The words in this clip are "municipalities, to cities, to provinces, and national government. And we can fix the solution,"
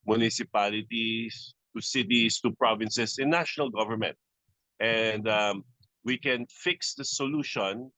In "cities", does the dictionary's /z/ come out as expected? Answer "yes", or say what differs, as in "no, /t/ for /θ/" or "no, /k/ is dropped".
no, /s/ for /z/